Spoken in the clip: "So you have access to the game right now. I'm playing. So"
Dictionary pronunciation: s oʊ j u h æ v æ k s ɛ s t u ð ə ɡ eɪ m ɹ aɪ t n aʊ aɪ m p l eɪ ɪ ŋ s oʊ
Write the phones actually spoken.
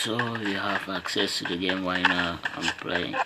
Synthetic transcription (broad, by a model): s oʊ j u h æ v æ k s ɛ s t u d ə ɡ eɪ m w aɪ n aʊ aɪ m p l eɪ ɪ ŋ